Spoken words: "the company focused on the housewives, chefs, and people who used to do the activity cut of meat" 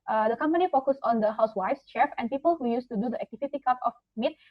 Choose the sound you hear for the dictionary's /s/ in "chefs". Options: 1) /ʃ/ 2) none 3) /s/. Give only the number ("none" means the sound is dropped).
2